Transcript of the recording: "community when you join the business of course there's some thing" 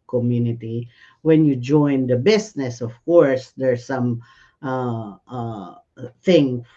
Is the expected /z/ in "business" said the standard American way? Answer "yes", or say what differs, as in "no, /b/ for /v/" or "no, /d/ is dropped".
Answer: no, /s/ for /z/